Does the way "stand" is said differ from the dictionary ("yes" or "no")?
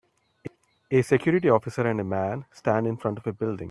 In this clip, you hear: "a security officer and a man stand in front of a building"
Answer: no